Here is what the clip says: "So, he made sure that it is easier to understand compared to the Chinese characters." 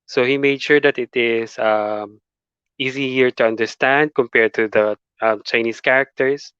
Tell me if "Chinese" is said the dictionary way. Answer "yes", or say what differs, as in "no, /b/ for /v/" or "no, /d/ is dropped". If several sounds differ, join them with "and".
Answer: no, /s/ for /z/